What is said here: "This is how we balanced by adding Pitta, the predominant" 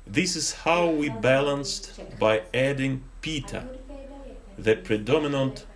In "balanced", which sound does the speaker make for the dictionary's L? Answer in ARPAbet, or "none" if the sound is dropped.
L